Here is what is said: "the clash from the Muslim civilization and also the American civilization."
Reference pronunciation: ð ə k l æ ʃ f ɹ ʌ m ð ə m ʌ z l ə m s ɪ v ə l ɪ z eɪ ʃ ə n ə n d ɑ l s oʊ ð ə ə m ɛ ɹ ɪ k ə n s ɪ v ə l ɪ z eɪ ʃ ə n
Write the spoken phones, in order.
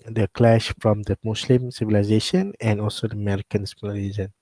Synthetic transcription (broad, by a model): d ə k l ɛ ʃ f ɹ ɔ m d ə m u s l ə m s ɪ v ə l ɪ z eɪ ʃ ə n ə n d ɑ l s oʊ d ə ə m ɛ ɹ ɪ k ə n s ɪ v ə l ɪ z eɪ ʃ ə n